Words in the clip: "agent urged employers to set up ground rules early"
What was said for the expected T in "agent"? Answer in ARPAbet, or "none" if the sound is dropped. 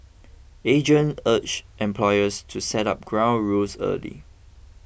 none